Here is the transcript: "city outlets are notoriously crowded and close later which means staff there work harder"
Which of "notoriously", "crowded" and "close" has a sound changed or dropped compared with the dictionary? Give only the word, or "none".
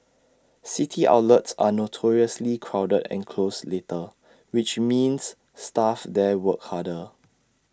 none